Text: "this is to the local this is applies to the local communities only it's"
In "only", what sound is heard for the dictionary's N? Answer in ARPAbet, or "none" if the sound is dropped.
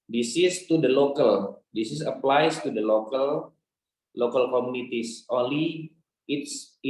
N